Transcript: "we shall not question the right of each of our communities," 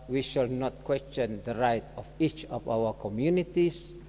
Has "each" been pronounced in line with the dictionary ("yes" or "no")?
yes